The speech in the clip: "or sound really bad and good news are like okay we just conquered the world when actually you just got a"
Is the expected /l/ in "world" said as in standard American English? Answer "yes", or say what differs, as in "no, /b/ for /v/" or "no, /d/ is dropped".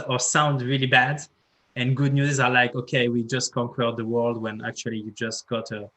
yes